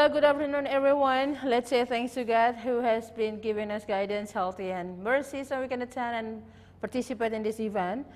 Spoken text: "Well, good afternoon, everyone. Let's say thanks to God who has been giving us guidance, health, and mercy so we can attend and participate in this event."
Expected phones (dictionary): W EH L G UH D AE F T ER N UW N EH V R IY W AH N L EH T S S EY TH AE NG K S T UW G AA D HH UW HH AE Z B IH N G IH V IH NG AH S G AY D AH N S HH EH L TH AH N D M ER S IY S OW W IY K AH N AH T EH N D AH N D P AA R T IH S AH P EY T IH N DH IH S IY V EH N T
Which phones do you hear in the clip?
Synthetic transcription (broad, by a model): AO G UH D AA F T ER N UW N EH V R IY W AH N L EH T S S EY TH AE NG K S T UW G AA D HH UW HH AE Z B IH N G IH V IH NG AH S G AY D AH N S HH EH L T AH N M ER S IY S OW W IY K AH N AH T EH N AH N P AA R T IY S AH P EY T IH N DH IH S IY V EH N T